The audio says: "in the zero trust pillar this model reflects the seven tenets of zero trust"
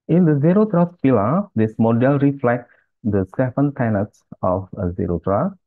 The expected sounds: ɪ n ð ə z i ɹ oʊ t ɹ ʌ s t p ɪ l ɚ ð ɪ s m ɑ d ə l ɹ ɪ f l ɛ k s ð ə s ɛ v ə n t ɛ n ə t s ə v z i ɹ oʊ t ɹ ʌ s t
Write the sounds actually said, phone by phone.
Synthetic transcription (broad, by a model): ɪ n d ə z i ɹ oʊ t ɹ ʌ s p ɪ l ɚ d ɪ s m ɑ d ə l ɹ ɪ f l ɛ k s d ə s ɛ f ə n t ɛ n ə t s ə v z i ɹ oʊ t ɹ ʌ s